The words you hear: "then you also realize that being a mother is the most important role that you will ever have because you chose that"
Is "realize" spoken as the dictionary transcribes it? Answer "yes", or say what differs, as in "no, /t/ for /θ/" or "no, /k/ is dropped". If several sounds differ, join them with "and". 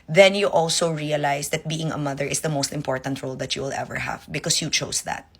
no, /s/ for /z/